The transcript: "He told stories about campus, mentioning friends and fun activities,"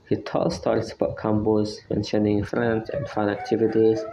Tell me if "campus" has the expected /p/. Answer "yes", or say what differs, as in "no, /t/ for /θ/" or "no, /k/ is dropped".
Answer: no, /b/ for /p/